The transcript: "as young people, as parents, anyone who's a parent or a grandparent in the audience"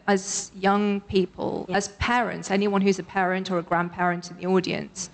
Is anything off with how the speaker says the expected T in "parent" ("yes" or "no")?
no